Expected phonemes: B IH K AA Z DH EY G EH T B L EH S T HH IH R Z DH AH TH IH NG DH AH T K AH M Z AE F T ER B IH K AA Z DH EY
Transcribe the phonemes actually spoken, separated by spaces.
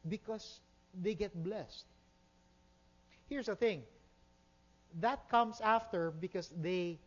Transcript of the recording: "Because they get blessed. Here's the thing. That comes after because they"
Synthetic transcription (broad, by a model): B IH K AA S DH EY G EH T B L EH S T HH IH R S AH TH IH NG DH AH T K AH M S AE F T ER B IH K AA S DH EY